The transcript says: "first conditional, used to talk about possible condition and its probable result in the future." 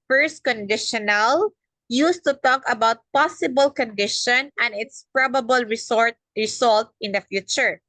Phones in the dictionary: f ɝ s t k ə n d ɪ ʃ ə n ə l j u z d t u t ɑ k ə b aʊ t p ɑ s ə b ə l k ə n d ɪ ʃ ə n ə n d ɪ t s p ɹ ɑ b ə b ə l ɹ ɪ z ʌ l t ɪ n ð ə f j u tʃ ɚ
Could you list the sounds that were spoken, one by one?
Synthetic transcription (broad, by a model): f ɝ s t k ə n d ɪ ʃ ə n ə l j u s t u t ɑ k ə b aʊ t p ɑ s ə b ə l k ə n d ɪ ʃ ə n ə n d ɪ t s p ɹ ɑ b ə b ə l ɹ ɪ s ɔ l t ɪ n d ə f j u tʃ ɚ